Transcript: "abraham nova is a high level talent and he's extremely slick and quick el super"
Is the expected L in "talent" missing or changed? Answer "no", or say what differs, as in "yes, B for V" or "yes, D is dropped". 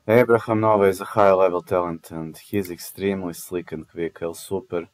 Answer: no